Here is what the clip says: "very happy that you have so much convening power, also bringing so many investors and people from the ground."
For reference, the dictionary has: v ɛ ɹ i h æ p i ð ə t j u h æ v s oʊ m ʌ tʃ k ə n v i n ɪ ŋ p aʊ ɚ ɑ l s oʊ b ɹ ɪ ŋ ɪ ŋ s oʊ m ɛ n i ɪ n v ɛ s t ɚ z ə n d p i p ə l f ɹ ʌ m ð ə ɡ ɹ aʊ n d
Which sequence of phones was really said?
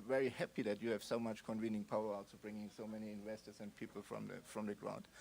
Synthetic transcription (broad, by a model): v ɛ ɹ i h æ p i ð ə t j u h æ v s oʊ m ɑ tʃ k ə n v i n ɪ ŋ p aʊ ɚ ɑ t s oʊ b ɹ ɪ ŋ ɪ ŋ s oʊ m ɛ n i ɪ n v ɛ s t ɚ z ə n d p i p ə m f ɹ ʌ m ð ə ɡ ɹ aʊ n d